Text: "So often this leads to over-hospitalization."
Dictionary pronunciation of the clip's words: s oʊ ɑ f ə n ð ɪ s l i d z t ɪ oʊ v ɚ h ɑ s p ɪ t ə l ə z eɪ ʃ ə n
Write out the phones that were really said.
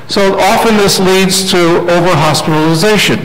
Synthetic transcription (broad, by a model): s oʊ ɑ f ə n ð ɪ s l i d z t ɪ oʊ v ɚ h ɑ s p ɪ t l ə z eɪ ʃ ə n